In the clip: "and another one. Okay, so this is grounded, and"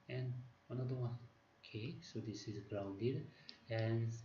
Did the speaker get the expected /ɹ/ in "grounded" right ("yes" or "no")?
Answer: yes